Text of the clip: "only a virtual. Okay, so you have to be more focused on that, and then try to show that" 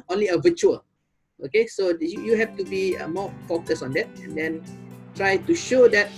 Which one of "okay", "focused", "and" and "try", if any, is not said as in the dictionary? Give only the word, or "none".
focused